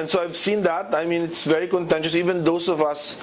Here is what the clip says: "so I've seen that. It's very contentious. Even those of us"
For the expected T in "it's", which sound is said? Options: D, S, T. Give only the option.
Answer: T